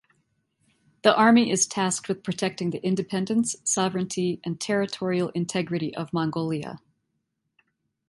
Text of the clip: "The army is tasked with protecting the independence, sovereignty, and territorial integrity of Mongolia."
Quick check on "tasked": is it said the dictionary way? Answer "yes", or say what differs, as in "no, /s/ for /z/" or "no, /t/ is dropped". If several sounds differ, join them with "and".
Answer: yes